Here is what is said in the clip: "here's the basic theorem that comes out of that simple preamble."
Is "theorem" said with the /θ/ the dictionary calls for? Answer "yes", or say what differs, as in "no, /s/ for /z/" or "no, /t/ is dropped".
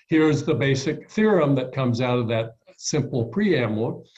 yes